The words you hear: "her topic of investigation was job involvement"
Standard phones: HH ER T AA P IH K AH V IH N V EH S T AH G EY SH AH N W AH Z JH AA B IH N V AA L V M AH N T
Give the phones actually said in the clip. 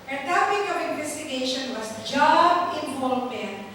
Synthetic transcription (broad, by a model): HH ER T AA P IH K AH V IH N V EH S T AH G EY SH AH N W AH S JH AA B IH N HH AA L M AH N